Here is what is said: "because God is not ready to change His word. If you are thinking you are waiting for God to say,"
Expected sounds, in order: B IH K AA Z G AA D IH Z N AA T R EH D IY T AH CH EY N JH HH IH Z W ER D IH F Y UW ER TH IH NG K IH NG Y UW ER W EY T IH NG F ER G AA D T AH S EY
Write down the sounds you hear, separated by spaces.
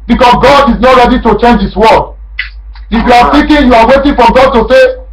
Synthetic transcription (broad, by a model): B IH K AA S G AA D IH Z N AA T R EH D IY T AH CH EY N JH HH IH S W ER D IH F Y UW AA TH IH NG K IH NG Y UW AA W EY T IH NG F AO G AA D T AH S EY